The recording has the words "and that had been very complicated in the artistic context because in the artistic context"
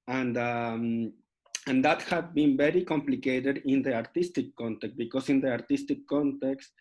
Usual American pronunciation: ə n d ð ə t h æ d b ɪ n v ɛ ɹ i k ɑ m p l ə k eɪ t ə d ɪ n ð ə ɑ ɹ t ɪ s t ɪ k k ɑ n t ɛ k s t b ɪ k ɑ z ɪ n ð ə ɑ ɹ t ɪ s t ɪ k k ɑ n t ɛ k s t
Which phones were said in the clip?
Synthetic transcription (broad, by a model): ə n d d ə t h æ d b ɪ n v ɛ ɹ i k ɑ m p l ə k eɪ t ə d ɪ n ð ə ɑ ɹ t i s t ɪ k k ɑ n t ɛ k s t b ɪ k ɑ s ɪ n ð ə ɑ ɹ t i s t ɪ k k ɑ n t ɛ k s t